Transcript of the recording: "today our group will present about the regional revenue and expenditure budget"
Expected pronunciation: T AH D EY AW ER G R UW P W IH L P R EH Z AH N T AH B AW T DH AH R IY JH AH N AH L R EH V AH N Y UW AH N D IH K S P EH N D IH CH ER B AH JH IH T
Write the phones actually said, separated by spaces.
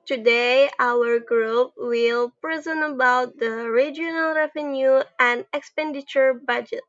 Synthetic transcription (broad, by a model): T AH D EY AW ER G R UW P W IH L P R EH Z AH N AH B AW T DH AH R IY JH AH N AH L R EH V AH N Y UW AH N D IH K S P EH N D IH CH ER B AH JH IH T